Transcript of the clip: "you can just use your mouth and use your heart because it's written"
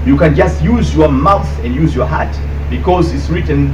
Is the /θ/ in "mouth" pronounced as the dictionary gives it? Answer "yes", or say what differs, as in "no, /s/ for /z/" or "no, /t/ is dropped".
yes